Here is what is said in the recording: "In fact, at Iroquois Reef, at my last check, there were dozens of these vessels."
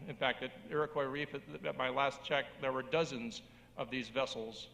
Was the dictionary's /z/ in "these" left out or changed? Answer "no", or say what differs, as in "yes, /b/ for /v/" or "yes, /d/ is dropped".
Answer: no